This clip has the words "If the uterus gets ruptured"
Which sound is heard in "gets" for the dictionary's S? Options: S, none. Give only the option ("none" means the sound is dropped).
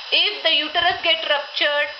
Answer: none